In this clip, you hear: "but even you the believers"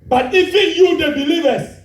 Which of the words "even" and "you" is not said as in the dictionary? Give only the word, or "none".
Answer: even